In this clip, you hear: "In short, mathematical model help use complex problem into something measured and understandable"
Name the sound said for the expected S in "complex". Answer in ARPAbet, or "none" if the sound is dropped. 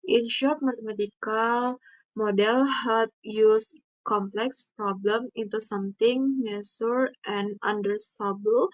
S